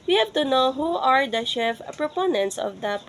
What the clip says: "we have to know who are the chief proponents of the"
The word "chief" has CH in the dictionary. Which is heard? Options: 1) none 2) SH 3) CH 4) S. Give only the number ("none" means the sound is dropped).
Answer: 2